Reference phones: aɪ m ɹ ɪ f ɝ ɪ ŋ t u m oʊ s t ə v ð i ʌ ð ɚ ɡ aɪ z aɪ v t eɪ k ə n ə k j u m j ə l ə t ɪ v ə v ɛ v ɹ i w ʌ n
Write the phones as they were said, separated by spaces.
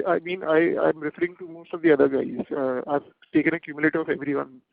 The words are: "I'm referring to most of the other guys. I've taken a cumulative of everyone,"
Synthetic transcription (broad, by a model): aɪ m ɹ ɪ f ɝ ɪ ŋ t u m oʊ s t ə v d i ʌ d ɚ ɡ aɪ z aɪ v t eɪ k ə n ə k j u m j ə l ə t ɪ ə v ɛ v ɹ i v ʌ n